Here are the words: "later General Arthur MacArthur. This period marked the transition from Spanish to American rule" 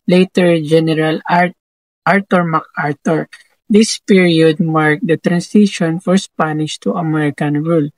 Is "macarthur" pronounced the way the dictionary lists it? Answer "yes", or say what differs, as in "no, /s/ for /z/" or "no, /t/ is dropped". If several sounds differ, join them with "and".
no, /t/ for /θ/